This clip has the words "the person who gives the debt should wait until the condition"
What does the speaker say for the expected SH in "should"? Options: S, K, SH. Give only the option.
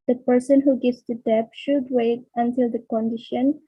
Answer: SH